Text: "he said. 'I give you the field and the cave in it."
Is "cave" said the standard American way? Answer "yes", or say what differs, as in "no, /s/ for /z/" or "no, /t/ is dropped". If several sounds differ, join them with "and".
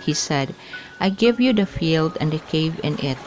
yes